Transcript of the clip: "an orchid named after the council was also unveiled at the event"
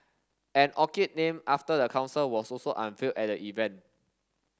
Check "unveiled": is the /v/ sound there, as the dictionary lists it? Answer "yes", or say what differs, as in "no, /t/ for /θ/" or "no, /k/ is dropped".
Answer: no, /f/ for /v/